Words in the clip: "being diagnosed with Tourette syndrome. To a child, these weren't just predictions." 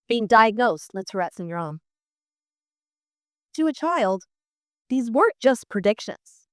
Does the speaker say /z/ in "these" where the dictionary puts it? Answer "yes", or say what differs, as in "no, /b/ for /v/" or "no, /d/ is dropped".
yes